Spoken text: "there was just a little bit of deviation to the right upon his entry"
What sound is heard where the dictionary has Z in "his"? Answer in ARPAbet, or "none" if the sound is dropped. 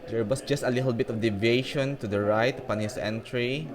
S